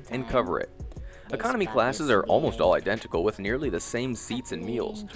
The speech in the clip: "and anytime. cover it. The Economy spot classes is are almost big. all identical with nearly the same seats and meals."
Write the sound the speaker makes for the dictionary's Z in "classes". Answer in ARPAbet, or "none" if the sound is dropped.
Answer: Z